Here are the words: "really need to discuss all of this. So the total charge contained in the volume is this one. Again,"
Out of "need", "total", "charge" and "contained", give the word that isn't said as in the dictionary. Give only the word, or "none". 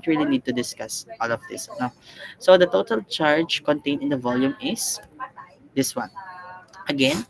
contained